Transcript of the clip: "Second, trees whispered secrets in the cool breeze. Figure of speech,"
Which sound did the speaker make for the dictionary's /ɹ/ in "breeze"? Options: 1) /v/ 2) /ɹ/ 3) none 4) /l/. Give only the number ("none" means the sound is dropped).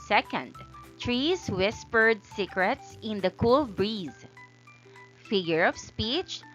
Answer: 2